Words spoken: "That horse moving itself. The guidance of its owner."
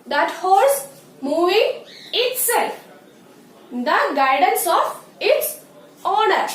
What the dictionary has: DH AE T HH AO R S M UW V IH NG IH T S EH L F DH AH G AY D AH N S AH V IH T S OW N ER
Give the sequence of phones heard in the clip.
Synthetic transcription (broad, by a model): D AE T HH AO L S M UW V IH NG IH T S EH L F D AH G AY D AH N S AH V IH T S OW N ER